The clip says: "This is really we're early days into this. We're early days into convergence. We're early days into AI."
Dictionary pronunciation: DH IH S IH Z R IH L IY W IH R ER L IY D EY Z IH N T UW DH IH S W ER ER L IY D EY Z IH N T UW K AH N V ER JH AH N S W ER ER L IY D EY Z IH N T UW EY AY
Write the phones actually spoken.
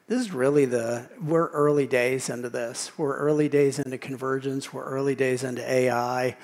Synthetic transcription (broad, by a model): DH IH S IH Z R IH L IY W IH R ER L IY D EY Z IH N T UW DH IH S W ER ER L IY D EY Z IH N T UW K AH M V ER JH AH N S W ER ER L IY D EY Z IH N T UW EY AY